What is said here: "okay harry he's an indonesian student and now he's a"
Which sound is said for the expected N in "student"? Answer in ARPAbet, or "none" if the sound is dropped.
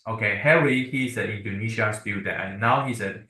none